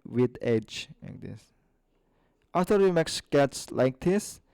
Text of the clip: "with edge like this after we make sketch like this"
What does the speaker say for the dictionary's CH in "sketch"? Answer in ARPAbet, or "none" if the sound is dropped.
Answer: S